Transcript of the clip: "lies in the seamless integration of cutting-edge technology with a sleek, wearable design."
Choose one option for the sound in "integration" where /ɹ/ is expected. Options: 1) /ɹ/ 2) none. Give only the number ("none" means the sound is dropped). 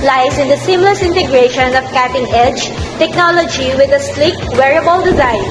1